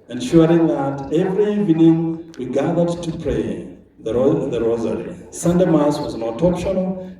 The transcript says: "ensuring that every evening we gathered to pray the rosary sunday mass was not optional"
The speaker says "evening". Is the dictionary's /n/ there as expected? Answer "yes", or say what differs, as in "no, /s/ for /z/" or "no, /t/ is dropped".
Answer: yes